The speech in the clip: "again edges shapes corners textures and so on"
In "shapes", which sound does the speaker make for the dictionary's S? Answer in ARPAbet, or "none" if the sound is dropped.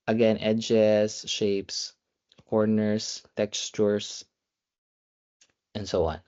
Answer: S